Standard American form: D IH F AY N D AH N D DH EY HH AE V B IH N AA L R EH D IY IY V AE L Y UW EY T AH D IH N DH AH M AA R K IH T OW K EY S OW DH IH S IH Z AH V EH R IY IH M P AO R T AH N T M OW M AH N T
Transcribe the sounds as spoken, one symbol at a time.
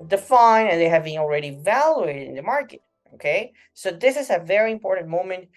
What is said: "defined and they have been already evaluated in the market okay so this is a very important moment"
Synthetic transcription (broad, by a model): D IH F AY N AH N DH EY HH AE V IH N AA L R EH D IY IY V AE L Y UW EY T AH D IH N DH AH M AA R K IH T OW K EY S OW DH IH S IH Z AH V EH R IY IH M P AO R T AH N M OW M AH N T